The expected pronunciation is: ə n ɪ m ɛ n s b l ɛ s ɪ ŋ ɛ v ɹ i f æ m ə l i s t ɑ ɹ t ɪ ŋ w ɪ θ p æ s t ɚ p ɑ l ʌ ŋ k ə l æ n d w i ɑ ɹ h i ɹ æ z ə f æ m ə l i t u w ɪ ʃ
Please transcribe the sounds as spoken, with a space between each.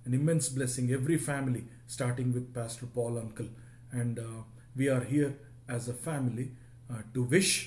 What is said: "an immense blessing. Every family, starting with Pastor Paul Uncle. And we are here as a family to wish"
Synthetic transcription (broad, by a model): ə n ɪ m ɛ n s b l ɛ s ɪ ŋ ɛ v ɹ i f æ m ə l i s t ɑ ɹ t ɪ ŋ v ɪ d p æ s t ɚ p ɑ l ʌ ŋ k ə l æ n d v i ɑ ɹ h i ɹ æ z ə f æ m ə l i t u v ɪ ʃ